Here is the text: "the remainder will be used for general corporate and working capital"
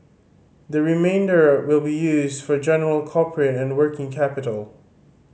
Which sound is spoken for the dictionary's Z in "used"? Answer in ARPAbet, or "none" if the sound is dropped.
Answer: Z